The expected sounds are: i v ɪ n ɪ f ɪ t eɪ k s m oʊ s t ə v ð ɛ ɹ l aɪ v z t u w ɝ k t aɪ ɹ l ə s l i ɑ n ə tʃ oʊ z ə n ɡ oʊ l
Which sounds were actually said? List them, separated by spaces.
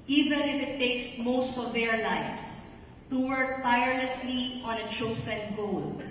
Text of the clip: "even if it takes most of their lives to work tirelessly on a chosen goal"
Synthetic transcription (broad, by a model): i v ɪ n ɪ f ɪ t eɪ k s m oʊ s t ə v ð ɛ ɹ l aɪ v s t u w ɝ k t aɪ ɹ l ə s l i ɑ n ə tʃ oʊ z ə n ɡ oʊ l